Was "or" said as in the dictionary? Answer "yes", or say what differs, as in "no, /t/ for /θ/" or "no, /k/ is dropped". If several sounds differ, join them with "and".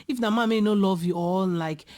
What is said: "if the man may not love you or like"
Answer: no, /l/ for /ɹ/